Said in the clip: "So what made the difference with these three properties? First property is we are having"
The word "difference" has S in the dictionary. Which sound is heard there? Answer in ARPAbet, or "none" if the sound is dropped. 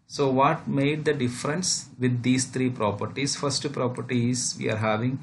S